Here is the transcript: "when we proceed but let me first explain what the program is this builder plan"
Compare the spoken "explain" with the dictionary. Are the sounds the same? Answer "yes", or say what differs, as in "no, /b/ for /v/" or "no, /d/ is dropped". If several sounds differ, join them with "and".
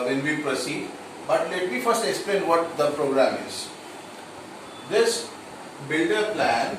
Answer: yes